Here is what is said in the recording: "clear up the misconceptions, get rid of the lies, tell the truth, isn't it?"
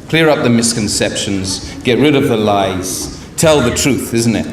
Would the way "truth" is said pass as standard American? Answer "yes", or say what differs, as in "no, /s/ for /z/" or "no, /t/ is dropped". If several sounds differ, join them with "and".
yes